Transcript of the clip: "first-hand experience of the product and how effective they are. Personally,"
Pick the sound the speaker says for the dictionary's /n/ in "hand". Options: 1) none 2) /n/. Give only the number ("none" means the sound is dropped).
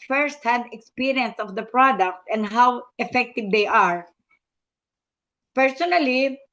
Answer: 1